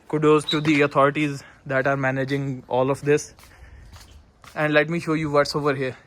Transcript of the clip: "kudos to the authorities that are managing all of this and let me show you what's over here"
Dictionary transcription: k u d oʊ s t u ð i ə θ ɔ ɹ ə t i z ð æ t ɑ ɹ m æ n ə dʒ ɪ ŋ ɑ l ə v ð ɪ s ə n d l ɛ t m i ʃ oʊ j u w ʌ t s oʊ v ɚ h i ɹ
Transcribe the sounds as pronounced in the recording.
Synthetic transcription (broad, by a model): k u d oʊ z t u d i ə t ɔ ɹ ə t i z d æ t ɑ ɹ m æ n ə dʒ ɪ ŋ ɑ l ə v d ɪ s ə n d l ɛ t m i ʃ oʊ j u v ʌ t s oʊ v ɚ h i ɹ